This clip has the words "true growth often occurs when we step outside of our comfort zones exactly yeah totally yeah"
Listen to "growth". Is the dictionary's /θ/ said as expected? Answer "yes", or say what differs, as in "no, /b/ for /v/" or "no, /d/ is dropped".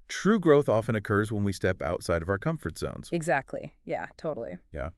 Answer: yes